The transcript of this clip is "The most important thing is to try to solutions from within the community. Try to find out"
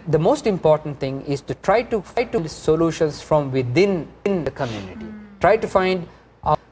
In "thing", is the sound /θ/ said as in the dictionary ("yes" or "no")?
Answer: no